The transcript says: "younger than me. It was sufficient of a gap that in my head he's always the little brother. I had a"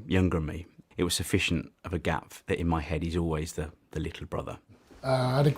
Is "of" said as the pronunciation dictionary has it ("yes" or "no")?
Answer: yes